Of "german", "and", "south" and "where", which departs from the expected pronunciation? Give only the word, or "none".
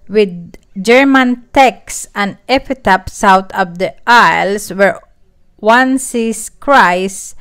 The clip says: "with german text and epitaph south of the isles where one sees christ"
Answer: south